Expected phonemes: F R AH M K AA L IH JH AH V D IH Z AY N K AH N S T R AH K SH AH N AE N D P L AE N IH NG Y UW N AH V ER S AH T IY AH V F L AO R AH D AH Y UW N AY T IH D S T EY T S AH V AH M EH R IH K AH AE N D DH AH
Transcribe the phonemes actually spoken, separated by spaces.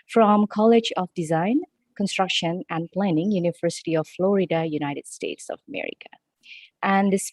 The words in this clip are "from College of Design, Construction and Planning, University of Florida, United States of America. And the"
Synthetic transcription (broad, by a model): F R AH M K AA L IH JH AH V D IH Z AY N K AH N S T R AH K SH AH N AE N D P L AE N IH NG Y UW N AH V ER S AH T IY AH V F L AO R AH D AH Y UW N AY T IH D S T EY T S AH V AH M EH R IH K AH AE N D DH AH